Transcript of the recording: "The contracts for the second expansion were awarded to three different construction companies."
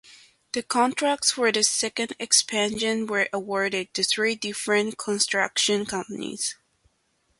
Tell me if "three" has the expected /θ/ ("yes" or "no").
yes